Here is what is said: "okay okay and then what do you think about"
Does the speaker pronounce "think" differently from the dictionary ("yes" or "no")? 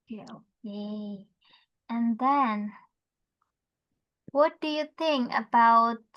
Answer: no